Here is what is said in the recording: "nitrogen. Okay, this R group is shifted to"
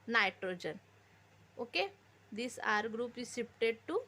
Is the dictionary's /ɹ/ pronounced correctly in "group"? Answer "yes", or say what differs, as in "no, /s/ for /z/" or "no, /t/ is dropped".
yes